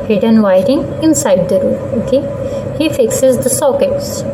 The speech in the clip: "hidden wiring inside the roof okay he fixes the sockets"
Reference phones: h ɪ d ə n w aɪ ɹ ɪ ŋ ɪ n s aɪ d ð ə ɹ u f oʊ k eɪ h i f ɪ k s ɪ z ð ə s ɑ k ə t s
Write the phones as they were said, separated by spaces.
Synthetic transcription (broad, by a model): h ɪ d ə n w aɪ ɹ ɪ ŋ ɪ n s aɪ d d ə ɹ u oʊ k eɪ h i f ɪ k s ɪ z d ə s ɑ k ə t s